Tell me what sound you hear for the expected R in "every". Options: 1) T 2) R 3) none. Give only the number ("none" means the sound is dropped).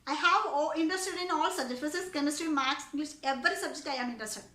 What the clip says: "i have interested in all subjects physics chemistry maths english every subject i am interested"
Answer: 2